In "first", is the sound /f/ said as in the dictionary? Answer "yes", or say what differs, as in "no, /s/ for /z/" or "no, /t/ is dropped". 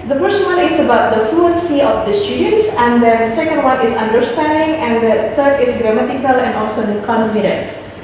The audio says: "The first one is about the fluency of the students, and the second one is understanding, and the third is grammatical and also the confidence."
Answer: no, /p/ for /f/